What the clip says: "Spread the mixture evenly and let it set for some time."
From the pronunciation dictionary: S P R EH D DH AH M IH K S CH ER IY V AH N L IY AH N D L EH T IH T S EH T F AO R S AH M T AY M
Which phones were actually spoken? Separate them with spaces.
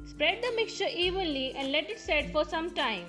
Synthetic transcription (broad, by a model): S P R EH D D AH M IH K S CH ER IY V AH N L IY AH N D L EH T IH T S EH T F AO R S AH M T AY M